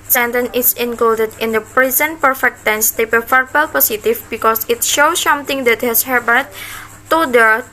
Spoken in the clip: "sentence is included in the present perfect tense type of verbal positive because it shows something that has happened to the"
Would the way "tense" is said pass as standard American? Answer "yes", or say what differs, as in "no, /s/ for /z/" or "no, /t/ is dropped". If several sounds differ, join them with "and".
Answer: yes